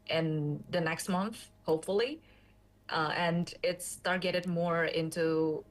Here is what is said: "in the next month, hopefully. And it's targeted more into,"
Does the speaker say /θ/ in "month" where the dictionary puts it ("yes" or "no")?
yes